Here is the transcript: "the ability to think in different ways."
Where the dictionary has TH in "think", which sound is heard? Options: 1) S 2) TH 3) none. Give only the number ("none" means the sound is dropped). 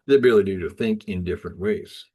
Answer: 2